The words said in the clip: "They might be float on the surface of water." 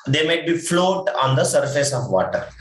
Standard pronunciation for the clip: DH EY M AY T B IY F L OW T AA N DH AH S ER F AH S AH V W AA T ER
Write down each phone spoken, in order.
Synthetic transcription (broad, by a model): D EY M AY T B IY F L OW T AA N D AH S ER F AH S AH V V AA T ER